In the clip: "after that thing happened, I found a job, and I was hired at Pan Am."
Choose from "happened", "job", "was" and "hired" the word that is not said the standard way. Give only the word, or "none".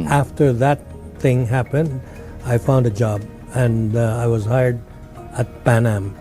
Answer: none